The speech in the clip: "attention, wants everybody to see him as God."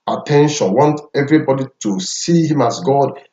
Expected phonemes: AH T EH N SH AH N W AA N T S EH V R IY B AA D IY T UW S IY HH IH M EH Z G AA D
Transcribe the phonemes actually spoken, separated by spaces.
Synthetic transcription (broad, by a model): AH T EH N SH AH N W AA N T EH V R IY B AA D IY T UW S IY HH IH M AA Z G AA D